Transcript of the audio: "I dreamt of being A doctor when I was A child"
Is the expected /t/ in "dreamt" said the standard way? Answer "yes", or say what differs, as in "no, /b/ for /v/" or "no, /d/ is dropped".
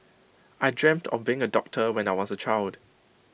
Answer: yes